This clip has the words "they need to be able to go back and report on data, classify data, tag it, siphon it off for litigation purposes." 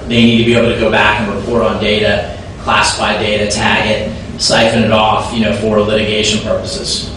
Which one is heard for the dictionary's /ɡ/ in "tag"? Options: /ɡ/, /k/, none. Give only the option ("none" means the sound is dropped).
/ɡ/